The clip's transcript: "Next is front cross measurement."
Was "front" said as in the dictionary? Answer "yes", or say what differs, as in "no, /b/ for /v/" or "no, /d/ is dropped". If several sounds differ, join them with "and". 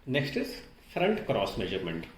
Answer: yes